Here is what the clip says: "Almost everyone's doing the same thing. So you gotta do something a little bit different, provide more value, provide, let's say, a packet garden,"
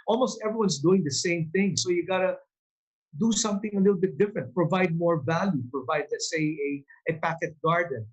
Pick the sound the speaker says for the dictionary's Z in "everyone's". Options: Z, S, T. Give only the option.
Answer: S